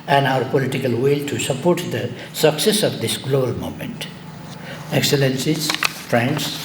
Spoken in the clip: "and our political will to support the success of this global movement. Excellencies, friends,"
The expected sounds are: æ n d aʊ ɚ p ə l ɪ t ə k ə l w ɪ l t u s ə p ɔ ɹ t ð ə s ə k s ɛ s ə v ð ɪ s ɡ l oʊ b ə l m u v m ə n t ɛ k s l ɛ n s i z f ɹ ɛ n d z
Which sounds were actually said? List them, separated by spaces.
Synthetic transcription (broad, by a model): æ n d aʊ ɚ p ə l ɪ t ə k ə l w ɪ l t u s ə p ɔ ɹ t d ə s ə k s ɛ s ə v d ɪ s ɡ l oʊ b ə l m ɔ m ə n t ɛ k s l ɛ n s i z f ɹ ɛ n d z